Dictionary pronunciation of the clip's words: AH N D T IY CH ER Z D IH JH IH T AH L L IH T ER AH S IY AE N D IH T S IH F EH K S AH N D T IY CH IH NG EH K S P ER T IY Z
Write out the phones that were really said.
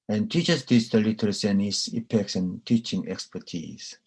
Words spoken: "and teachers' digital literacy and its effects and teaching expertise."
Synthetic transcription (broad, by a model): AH N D T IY CH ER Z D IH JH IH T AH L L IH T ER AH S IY N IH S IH P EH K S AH N T IY CH IH NG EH K S P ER T IY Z